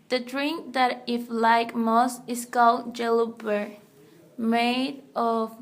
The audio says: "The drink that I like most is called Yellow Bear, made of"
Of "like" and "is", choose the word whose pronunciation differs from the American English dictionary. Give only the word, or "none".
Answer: is